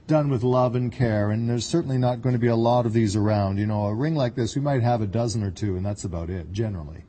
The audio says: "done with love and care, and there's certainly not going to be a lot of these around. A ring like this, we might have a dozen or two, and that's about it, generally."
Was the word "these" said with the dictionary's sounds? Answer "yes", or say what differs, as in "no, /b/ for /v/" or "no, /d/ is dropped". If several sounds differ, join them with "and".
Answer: yes